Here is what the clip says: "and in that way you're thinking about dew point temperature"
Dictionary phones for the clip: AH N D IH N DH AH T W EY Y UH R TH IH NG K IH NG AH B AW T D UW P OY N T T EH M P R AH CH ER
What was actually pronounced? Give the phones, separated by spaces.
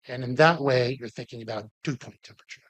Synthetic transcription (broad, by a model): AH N IH N DH AH T W EY Y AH R TH IH NG K IH NG AH B AW T UW P OY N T T EH M P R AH CH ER